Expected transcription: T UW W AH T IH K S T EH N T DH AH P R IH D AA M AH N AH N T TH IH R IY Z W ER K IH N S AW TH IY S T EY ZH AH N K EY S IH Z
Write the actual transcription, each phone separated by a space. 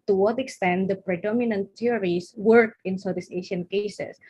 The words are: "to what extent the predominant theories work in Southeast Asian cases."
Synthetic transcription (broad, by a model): T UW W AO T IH K S T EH N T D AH P R IH D AA M AH N AH N T T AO R IY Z W ER K IH N S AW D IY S EY SH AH N K EY S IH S